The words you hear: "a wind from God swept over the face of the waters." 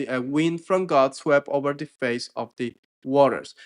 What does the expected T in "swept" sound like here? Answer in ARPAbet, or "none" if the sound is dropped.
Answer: none